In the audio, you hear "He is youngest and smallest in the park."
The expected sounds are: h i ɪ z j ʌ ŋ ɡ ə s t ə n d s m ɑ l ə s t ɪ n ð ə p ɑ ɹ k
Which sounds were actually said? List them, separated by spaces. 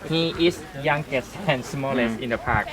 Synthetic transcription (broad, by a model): h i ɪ s j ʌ ŋ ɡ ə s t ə n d s m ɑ l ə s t ɪ n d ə p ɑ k